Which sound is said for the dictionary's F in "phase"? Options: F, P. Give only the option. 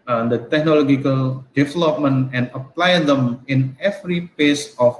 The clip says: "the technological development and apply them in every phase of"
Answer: P